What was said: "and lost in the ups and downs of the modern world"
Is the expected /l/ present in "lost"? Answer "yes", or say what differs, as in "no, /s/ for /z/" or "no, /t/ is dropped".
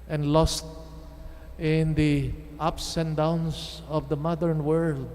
yes